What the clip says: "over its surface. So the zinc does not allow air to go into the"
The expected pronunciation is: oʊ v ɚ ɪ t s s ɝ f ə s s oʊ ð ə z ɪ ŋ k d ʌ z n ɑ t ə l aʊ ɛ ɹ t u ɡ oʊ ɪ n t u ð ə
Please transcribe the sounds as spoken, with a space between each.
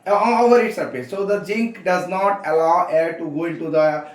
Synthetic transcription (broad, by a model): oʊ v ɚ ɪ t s s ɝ p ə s s oʊ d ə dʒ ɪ ŋ k d ʌ z n ɑ t ə l aʊ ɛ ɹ t u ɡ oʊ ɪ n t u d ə